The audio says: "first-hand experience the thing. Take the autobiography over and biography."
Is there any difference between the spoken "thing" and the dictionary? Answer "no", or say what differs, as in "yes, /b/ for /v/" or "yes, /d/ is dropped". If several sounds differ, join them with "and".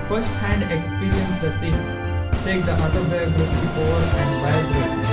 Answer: yes, /t/ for /θ/